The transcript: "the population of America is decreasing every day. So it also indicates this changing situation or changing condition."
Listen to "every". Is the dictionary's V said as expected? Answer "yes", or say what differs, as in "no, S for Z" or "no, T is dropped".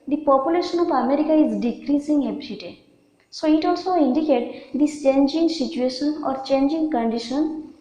no, B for V